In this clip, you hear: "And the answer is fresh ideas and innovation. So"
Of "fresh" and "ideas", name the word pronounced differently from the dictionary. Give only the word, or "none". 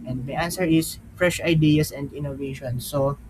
ideas